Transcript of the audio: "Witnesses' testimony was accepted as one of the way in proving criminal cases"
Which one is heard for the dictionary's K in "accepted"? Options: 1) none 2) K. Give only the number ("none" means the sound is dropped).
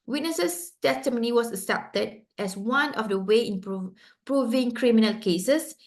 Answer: 1